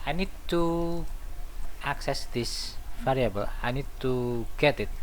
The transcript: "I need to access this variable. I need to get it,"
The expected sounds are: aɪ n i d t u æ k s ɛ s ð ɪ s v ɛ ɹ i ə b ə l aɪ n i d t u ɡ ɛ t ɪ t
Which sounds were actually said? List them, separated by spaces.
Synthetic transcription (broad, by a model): aɪ n i d t u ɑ k s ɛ s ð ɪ s f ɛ ɹ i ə b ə l aɪ n i d t u ɡ ɛ t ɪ t